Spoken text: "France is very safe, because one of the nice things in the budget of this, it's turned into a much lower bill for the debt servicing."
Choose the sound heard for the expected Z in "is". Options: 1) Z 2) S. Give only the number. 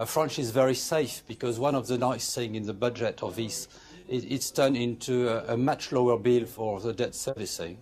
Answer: 1